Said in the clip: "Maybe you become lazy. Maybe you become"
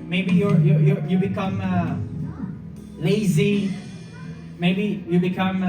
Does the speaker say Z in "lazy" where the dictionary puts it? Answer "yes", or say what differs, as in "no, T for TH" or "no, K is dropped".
yes